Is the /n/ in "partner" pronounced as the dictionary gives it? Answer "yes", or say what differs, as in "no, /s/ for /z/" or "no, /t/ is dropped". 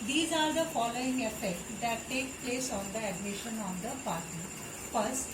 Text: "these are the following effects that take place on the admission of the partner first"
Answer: no, /n/ is dropped